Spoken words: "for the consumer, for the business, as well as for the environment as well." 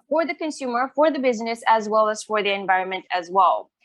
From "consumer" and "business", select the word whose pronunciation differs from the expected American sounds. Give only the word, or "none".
none